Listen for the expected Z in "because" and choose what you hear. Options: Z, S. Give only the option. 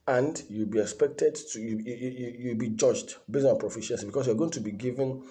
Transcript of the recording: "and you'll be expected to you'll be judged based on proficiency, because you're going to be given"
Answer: S